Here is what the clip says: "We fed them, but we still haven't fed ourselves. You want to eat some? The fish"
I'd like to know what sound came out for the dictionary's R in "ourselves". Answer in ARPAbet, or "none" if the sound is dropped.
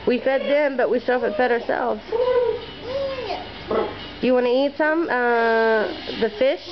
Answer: R